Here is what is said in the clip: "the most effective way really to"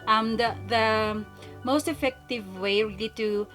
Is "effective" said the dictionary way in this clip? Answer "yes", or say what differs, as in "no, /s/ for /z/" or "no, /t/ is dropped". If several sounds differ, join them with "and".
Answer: yes